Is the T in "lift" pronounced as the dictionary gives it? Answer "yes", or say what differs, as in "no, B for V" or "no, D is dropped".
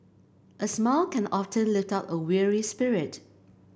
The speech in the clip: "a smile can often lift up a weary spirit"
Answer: yes